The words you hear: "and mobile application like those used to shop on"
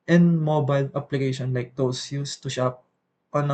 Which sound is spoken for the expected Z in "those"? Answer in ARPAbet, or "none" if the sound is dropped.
S